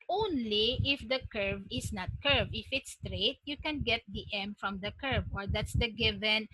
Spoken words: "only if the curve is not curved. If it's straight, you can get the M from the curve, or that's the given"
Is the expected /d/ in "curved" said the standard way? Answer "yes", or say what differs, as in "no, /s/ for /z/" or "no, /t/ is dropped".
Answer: no, /d/ is dropped